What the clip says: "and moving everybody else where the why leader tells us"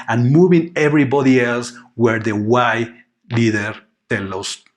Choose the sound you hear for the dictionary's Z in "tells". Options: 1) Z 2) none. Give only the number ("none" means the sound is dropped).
2